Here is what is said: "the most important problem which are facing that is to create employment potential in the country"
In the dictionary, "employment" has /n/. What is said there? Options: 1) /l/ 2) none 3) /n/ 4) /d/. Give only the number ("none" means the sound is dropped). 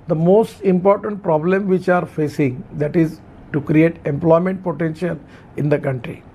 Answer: 3